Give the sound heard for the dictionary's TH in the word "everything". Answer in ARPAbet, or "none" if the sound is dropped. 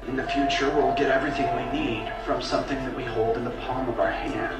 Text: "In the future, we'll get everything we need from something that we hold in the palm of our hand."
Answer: TH